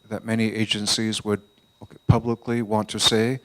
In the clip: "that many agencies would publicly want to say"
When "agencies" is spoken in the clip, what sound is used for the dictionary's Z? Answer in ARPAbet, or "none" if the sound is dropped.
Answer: Z